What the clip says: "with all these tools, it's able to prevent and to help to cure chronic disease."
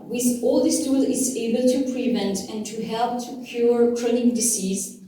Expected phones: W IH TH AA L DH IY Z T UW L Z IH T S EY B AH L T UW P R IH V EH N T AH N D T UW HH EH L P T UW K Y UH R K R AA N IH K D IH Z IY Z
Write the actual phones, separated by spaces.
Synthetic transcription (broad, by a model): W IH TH AA L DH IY S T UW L IH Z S EY B AH L T UW P R IH V EH N T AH N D T UW HH EH L P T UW K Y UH R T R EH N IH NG D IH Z IY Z